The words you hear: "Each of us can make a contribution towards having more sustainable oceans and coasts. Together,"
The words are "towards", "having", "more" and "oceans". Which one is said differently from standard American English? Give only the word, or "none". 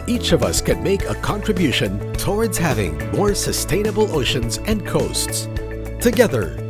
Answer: none